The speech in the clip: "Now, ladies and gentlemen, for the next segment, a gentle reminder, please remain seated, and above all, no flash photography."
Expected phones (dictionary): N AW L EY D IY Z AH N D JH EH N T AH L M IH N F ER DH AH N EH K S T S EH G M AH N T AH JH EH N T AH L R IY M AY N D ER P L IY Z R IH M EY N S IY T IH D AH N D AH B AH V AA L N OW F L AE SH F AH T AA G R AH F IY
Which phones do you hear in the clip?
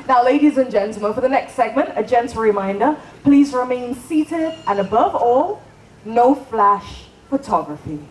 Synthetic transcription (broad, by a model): N AW L EY D IY Z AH N JH EH N T L M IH N F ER DH AH N EH K S T S EH G M AH N T AH JH EH N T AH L R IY M AY N D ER P L IY Z R IH M EY N S IY T IH D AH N AH B AH V AA L N OW F L AE SH F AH T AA G R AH F IY